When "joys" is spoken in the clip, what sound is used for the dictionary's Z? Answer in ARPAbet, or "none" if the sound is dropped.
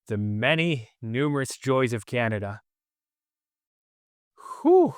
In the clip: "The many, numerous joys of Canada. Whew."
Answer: Z